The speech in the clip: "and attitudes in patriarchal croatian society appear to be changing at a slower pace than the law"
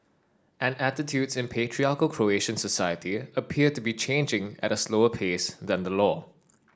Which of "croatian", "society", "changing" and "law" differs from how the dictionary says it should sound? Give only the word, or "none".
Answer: none